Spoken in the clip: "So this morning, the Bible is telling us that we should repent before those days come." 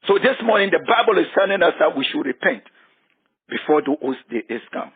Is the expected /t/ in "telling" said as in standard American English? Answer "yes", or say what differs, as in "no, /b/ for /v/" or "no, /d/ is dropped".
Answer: no, /s/ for /t/